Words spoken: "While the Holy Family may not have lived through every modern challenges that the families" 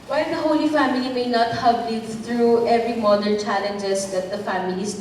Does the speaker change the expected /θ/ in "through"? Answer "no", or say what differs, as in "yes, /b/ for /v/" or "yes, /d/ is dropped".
yes, /t/ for /θ/